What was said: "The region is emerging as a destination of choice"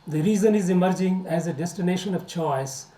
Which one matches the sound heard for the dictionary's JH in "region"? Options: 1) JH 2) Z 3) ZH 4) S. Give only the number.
2